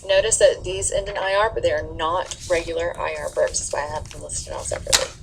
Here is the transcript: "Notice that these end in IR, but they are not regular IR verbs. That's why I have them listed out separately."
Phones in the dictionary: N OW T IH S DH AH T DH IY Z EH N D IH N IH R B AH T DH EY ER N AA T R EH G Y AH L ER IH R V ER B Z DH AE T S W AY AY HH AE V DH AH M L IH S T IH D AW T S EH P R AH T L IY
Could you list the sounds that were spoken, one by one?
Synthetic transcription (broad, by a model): N OW T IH S DH AH T DH IY Z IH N IH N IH R B AH T DH EY ER N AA T R EH G Y L ER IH R B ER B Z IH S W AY AY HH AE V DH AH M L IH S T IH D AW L S EH P R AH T L IY